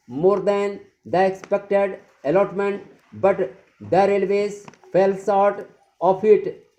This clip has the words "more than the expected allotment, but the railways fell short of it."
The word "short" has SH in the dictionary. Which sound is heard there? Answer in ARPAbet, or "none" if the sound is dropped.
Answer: S